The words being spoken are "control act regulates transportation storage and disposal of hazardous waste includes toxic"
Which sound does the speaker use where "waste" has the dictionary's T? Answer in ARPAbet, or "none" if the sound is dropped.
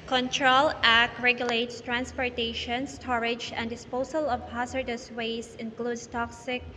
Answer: none